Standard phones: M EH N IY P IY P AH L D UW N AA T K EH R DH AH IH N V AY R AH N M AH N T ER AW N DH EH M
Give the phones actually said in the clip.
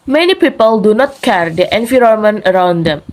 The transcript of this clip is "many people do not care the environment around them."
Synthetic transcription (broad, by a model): M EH N IY P IY P AH L D UW N AA T K EH R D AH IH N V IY R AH M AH N ER AW N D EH M